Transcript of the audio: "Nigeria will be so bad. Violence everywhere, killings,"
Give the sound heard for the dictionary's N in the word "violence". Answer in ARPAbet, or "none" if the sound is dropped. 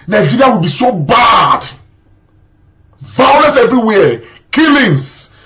none